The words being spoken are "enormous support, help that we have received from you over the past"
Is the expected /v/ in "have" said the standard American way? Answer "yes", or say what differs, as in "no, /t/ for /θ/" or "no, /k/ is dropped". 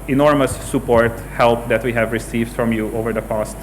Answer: yes